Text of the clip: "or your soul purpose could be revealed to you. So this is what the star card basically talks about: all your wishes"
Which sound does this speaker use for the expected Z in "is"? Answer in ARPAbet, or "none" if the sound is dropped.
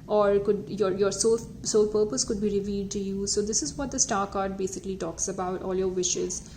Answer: Z